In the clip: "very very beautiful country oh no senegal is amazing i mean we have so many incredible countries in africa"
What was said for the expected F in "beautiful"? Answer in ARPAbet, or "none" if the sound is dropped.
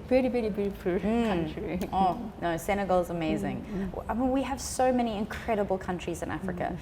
P